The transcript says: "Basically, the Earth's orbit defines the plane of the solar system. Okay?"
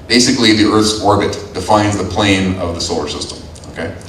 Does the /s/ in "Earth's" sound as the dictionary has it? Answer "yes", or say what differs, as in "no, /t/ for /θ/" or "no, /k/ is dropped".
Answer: yes